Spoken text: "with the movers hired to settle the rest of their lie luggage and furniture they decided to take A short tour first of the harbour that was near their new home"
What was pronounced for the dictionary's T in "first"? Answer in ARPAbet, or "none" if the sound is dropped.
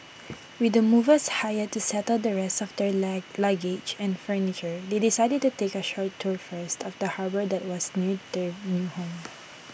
T